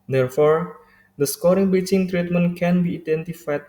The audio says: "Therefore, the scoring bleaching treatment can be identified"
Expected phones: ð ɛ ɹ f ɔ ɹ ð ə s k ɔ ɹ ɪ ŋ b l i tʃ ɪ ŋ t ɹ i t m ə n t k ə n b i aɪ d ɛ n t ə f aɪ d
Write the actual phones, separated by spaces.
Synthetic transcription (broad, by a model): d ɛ ɹ f ɔ ɹ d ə s k ɔ ɹ ɪ ŋ b i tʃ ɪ ŋ t ɹ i t m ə n k ə n b i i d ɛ n t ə f aɪ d